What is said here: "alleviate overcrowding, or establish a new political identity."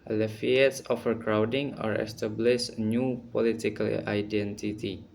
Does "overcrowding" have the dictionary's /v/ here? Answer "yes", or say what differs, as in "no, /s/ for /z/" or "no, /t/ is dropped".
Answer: no, /f/ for /v/